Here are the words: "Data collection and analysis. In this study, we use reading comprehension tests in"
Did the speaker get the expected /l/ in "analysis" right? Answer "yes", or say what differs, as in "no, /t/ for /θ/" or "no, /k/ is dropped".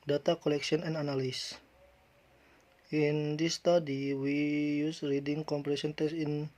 no, /n/ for /l/